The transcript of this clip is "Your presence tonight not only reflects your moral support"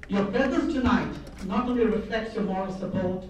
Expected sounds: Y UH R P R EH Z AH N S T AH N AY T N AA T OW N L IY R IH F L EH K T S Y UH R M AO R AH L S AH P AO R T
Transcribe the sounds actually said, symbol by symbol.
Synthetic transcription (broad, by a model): Y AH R B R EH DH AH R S T AH N AY T N AA T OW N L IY R IH F L EH K T S Y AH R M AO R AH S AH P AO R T